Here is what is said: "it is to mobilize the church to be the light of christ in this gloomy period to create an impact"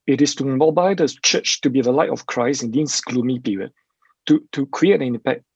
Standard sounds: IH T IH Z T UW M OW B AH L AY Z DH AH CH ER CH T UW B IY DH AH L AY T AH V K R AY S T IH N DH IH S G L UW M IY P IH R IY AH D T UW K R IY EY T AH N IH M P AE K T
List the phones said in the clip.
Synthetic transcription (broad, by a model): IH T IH S T UW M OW B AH IH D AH CH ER CH T UW B IY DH AH L AY T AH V K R AY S IH N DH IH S G L UW M IY P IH R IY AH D T UW K R IY EY T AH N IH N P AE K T